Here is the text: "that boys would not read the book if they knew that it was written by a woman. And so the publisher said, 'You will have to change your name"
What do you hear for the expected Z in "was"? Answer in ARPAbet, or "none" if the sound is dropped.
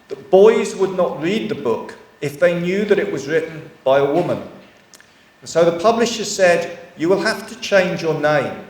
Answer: Z